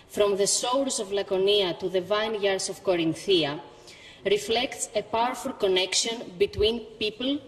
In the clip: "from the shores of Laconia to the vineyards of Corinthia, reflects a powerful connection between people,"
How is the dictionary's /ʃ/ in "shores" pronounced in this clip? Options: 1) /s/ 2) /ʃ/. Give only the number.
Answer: 1